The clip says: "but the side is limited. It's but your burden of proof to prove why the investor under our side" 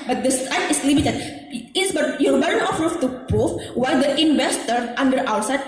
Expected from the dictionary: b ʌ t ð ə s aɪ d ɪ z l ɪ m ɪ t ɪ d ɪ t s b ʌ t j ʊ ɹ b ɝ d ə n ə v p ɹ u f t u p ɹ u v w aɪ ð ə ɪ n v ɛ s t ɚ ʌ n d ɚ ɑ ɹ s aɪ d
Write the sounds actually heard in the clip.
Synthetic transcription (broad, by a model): b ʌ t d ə s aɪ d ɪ s l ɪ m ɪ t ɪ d ɪ t s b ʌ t j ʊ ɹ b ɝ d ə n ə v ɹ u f t u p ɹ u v w aɪ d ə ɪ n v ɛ s t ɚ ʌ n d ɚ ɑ w s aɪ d